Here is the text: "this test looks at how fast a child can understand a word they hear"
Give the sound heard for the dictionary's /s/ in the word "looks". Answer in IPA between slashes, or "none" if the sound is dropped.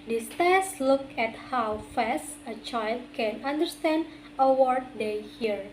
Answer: none